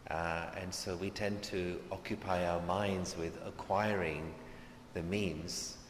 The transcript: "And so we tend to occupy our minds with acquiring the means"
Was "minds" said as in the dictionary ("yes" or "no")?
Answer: yes